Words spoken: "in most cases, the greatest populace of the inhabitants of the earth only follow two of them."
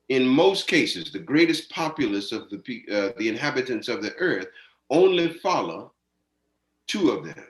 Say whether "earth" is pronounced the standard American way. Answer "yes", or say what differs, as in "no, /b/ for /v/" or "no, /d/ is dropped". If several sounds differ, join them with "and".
yes